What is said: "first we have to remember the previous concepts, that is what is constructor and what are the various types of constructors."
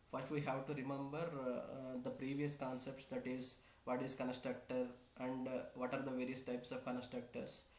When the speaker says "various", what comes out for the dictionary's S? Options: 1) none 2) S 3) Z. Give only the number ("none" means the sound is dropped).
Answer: 2